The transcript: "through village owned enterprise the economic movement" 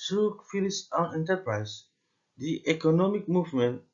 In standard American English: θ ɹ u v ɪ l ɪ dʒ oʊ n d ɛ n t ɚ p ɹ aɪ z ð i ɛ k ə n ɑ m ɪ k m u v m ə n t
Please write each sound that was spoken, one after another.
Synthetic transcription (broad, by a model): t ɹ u f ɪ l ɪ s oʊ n ɛ n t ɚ p ɹ aɪ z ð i ɛ k ə n ɑ m ɪ k m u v m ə n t